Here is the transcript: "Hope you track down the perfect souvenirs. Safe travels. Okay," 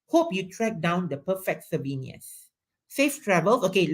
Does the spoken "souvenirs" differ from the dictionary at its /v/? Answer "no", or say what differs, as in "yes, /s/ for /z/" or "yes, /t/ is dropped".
yes, /b/ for /v/